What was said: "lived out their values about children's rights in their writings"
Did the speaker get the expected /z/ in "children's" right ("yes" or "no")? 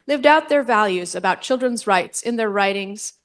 yes